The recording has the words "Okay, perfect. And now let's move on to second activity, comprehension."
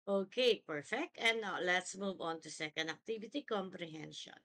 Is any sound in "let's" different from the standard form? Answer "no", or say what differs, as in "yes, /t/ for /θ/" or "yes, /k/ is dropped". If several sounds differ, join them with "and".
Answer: no